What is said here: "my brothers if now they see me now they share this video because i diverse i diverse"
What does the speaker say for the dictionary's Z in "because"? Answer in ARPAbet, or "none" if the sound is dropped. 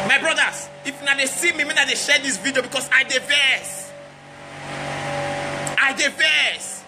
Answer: S